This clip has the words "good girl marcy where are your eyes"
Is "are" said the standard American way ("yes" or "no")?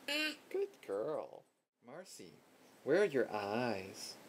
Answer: yes